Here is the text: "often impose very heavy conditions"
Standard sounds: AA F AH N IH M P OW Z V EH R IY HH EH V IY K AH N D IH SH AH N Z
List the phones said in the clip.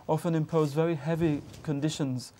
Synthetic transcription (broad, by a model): AA F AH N IH M P OW Z V EH R IY HH EH V IY K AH N D IH SH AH N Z